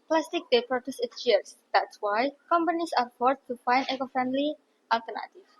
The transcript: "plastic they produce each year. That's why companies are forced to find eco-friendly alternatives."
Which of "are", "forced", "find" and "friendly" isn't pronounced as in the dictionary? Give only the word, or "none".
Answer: forced